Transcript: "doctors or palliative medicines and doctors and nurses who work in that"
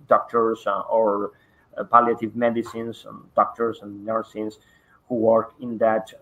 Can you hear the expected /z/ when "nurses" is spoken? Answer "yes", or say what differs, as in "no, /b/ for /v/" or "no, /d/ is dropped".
no, /s/ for /z/